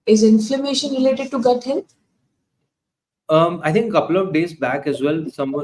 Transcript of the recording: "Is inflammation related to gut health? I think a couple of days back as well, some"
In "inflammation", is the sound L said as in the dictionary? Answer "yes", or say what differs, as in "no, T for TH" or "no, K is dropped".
yes